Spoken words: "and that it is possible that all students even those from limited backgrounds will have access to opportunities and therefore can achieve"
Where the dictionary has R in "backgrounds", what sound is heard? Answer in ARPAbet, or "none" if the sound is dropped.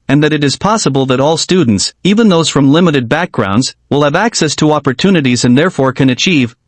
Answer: R